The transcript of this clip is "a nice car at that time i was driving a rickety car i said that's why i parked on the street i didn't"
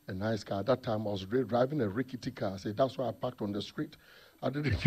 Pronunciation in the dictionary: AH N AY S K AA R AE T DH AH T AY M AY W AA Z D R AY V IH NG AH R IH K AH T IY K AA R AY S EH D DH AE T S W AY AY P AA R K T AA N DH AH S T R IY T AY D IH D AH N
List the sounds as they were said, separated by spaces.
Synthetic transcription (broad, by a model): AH N AY S K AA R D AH T AY M AY W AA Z D R AY V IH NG AH R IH K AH T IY K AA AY S EH D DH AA T S W AY AY P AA K T AA N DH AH S T R IY T AY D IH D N